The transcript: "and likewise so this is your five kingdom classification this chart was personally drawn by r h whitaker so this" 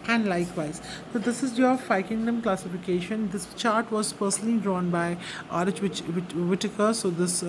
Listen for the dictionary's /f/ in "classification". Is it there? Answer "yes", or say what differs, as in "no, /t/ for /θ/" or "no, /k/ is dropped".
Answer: yes